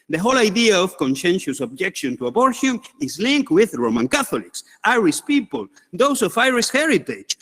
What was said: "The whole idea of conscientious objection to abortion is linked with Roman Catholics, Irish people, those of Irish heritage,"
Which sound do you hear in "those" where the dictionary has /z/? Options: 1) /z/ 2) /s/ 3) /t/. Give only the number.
2